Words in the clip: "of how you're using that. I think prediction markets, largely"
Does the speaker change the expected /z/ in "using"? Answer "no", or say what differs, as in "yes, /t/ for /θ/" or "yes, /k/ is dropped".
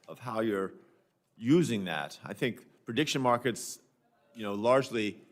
no